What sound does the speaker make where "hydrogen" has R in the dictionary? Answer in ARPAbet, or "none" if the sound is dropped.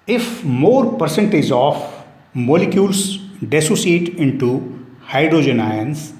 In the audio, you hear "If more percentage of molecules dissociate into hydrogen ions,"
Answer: R